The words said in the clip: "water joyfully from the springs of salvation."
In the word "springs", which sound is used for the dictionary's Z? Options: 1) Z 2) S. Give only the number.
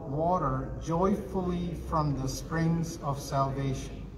1